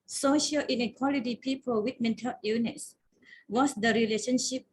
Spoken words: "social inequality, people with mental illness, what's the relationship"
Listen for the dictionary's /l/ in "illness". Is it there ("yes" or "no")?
no